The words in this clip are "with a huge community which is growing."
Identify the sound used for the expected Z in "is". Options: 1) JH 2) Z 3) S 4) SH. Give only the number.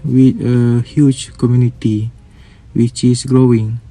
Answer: 3